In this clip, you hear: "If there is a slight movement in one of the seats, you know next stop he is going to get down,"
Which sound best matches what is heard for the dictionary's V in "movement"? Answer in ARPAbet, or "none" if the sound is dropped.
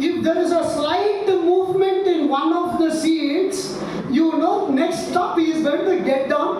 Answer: V